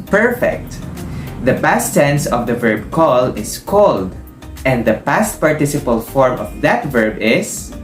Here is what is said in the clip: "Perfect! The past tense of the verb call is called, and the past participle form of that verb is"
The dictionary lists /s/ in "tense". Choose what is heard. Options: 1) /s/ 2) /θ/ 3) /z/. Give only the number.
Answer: 1